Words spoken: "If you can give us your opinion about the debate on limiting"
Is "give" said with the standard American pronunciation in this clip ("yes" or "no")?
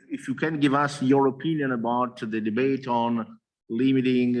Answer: yes